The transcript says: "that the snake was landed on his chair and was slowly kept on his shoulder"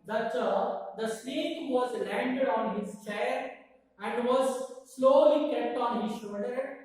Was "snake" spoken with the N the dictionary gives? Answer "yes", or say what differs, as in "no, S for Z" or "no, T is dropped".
no, L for N